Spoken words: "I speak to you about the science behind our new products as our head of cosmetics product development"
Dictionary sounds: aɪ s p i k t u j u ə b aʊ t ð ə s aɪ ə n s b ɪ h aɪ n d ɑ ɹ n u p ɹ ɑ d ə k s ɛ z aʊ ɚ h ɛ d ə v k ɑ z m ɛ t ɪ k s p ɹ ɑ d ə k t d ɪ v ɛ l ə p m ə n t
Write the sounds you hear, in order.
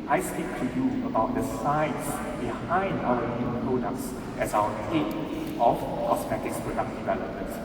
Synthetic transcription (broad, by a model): aɪ s p i k t u j u ə b aʊ t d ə s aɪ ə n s b ɪ h aɪ n d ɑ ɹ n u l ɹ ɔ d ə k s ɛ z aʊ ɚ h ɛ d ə f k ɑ s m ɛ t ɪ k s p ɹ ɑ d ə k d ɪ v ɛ l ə p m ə n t